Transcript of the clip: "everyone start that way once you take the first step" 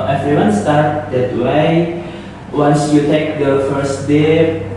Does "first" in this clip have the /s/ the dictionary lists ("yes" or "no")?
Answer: no